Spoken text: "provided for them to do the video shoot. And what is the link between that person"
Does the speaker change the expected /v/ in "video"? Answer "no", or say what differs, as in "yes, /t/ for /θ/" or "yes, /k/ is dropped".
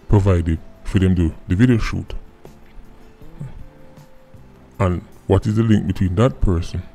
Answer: no